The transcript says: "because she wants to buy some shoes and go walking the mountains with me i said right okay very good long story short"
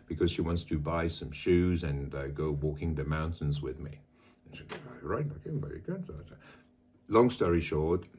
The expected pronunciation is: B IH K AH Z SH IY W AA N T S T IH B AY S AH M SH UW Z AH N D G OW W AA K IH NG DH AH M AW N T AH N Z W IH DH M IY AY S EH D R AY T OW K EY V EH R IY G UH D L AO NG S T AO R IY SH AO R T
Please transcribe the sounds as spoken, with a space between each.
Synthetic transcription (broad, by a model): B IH K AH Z SH IY W AA N T S T IH B AY S AH M SH UW Z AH N G OW W AA K IH NG DH AH M AW N T AH N Z W IH DH M IY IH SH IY R AY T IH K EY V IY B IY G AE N L AO NG S T AO R IY SH AO R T